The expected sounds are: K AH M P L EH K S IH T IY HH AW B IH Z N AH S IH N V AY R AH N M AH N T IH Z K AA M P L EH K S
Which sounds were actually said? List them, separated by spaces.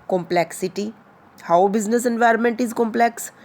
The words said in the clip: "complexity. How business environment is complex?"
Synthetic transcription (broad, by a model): K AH M P L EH K S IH T IY HH AW B IH Z N AH S IH N V AY R AH N M AH N T IH Z K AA M P L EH K S